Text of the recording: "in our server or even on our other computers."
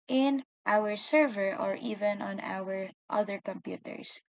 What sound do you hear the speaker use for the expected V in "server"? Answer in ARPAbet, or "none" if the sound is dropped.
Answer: V